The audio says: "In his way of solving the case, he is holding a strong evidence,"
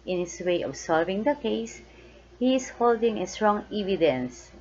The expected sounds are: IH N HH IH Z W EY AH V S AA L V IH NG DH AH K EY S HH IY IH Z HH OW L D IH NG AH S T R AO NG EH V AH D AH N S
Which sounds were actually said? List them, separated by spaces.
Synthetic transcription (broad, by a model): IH N HH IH S W EY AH B S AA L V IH NG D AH K EY S HH IY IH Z HH OW L D IH NG AH S T R AO NG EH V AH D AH N S